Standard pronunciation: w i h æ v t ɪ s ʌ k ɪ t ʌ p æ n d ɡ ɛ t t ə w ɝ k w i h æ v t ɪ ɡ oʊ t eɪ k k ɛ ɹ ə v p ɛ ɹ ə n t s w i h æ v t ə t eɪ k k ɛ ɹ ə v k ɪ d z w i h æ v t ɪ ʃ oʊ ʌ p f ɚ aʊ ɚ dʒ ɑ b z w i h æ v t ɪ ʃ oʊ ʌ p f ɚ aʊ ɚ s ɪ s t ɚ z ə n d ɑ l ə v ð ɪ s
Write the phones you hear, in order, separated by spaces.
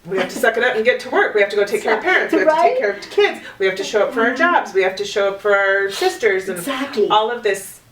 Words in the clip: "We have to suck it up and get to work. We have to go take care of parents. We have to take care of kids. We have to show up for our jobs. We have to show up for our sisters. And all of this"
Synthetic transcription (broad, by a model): w i h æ f t ɪ s ʌ k ɪ t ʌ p n ɡ ɛ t t ə w ɝ k w i h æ f t ɪ ɡ oʊ t eɪ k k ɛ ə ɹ p ɛ ɹ ə n t s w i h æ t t eɪ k k ɛ ɹ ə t k ɪ d z w i h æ f t ɪ ʃ oʊ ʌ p f ɚ aʊ ɚ dʒ ɑ b z w i h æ f t ɪ ʃ oʊ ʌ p f ɚ aʊ ɚ s ɪ s t ɚ z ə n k ɑ l ə v ð ɪ s